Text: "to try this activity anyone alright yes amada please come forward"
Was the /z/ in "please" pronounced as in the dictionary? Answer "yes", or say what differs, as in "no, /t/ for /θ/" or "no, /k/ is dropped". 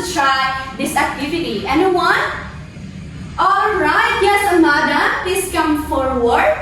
no, /s/ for /z/